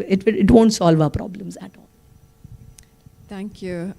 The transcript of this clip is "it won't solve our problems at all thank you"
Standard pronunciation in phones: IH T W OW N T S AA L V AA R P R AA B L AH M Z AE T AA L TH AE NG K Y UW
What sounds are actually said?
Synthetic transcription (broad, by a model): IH T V OW N T S AA L V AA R P R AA B L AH M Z AE T AA L T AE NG K Y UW